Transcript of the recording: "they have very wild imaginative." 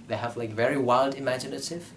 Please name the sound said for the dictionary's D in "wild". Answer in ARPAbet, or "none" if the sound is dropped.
D